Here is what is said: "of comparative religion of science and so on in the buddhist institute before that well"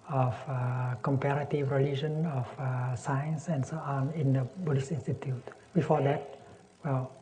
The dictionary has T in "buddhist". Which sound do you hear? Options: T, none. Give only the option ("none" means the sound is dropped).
none